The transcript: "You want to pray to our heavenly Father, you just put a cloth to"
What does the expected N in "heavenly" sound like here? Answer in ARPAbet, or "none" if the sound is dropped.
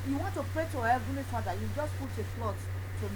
none